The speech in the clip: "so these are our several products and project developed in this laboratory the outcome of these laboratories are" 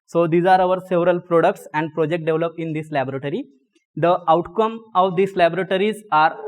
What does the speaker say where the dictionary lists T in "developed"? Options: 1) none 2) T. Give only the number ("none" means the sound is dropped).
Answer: 1